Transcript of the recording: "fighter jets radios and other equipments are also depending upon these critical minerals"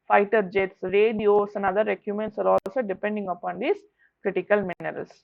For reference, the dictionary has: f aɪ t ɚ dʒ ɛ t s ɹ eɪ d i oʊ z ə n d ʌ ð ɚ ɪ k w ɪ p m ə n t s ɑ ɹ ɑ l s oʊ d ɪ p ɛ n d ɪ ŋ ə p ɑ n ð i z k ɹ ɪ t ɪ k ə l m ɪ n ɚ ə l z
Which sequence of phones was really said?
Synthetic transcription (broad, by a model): f aɪ t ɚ dʒ ɛ t s ɹ eɪ d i oʊ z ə n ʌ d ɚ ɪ k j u m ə n t s ɑ ɹ ɑ l s oʊ d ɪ p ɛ n d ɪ ŋ ə p ɑ n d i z k ɹ ɪ t ɪ k ə l m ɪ n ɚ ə l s